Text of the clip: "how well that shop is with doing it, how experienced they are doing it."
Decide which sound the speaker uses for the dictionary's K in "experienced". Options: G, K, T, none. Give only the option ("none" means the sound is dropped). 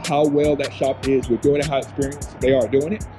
none